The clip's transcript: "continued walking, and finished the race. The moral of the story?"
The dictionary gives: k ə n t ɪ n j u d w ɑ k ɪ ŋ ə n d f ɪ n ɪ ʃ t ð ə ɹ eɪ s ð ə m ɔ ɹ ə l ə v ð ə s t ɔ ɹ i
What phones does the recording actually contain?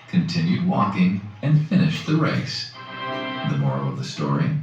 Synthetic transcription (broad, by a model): k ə n t ɪ n j u d w ɑ k ɪ ŋ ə n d f ɪ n ɪ ʃ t ð ə ɹ eɪ s ð ə m ɔ ɹ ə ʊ ə v ð ə s t ɔ ɹ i